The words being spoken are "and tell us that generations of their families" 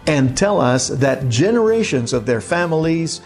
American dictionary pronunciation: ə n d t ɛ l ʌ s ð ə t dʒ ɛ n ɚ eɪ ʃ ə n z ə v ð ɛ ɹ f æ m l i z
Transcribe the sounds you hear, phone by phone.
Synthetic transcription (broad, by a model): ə n t ɛ l ʌ s ð ə t dʒ ɛ n ɚ eɪ ʃ ə n z ə v ð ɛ ɹ f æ m l i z